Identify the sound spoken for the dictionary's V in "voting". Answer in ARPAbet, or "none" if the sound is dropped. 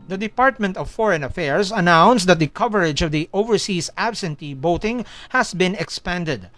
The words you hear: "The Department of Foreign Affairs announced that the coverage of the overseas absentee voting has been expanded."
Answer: B